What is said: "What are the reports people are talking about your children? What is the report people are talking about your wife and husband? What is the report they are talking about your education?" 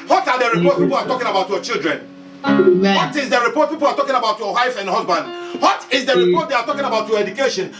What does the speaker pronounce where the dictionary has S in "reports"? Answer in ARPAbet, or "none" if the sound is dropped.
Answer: none